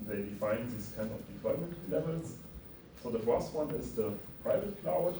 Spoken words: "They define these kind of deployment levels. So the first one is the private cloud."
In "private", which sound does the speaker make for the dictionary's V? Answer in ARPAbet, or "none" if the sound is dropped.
V